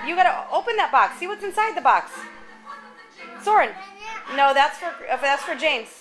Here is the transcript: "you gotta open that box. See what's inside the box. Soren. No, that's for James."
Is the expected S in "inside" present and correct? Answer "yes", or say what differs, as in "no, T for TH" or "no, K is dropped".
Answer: yes